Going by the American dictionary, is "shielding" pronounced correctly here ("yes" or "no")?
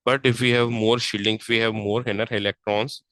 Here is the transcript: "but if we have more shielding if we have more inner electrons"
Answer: yes